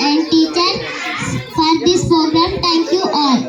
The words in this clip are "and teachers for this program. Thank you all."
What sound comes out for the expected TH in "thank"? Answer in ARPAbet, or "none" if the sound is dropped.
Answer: T